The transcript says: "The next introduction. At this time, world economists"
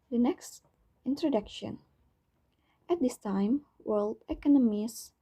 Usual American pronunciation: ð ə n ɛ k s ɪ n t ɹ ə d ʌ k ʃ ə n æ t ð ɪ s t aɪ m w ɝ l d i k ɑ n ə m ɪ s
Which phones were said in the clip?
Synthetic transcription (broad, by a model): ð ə n ɛ k s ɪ n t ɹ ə d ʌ k ʃ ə n æ t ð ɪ s t aɪ m w ɝ l d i k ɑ n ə m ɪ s